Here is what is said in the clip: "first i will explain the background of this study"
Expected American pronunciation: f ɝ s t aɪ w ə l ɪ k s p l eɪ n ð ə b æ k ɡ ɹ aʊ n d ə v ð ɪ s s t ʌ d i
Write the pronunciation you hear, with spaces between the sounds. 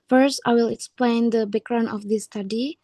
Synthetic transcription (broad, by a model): f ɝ s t aɪ w ə l ɪ k s p l eɪ n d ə b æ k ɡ ɹ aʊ n ə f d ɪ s s t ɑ d i